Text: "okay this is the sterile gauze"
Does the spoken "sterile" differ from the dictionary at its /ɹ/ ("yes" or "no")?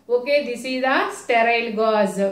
no